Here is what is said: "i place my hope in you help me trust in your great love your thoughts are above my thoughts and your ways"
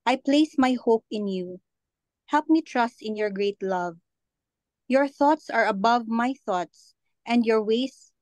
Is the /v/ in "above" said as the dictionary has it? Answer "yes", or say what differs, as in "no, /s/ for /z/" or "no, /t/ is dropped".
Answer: yes